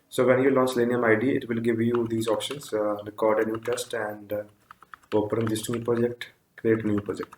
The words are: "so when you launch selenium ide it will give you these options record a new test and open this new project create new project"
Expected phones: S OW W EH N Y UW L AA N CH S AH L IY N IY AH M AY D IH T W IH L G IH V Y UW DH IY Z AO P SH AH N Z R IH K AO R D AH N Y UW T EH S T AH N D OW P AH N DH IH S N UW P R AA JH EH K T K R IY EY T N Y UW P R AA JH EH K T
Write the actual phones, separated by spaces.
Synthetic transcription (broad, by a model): S OW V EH N Y UW L AA N CH L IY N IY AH M AY D IH T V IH L G IH V Y UW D IY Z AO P SH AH N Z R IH K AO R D AH N Y UW T EH S T AH N D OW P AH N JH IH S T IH P R AA JH EH K T K R IY EY T N Y UW P R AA JH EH K T